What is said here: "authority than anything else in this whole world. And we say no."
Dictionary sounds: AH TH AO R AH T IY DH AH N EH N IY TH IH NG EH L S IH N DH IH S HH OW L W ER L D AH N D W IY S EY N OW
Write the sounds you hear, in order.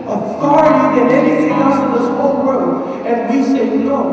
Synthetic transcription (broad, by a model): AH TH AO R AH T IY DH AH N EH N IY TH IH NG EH S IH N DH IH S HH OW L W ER D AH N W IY S EY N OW